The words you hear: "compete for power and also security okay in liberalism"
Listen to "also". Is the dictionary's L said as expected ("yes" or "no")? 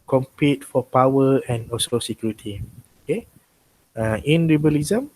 no